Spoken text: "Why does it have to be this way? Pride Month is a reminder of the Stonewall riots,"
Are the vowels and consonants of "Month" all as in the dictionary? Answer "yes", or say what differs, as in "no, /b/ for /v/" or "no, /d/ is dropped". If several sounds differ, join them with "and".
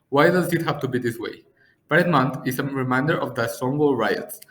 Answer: no, /t/ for /θ/